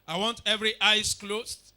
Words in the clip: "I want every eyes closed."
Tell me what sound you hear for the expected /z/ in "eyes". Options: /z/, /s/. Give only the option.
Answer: /s/